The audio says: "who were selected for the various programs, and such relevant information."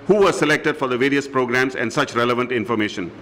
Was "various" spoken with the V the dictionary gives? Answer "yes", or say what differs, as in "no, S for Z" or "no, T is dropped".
yes